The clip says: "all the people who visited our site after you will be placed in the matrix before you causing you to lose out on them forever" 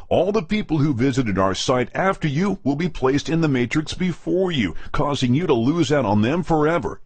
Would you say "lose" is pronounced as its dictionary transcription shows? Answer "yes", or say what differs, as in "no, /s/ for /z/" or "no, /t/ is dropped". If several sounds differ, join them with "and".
yes